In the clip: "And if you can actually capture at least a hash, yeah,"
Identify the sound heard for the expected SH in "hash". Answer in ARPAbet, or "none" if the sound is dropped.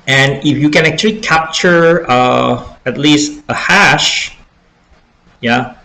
SH